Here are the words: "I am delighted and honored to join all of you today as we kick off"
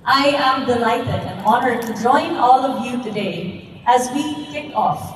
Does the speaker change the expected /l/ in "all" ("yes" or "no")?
no